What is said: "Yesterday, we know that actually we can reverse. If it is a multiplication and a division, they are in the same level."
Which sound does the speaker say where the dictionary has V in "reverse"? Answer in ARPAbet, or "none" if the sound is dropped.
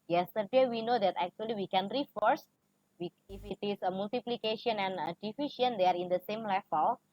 F